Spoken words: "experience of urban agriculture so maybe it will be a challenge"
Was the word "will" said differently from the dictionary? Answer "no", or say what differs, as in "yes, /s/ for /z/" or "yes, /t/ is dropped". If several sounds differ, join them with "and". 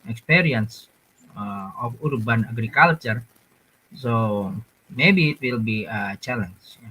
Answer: no